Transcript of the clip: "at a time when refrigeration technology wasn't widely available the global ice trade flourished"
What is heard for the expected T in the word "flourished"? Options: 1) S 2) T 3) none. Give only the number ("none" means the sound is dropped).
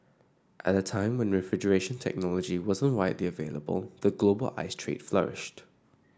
2